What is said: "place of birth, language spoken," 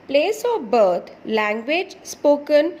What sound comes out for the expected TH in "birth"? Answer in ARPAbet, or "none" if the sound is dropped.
T